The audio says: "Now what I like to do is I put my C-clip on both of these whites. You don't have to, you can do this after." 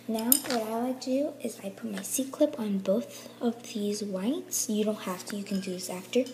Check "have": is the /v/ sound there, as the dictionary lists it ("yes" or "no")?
no